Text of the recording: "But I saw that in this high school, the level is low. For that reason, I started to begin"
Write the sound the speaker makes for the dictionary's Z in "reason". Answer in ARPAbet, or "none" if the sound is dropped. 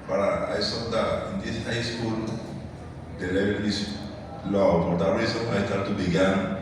S